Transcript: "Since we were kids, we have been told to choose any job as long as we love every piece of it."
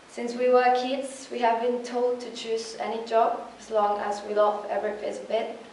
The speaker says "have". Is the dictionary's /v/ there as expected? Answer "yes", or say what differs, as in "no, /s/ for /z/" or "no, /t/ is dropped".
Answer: yes